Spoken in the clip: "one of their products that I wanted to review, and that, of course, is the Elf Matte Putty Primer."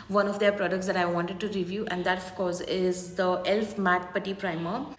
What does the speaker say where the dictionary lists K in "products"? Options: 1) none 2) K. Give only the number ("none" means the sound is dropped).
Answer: 2